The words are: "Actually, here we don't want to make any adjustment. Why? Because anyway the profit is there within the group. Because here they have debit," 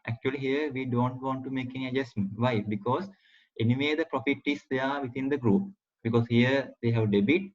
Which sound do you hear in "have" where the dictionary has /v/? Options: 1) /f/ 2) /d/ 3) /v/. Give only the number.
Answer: 3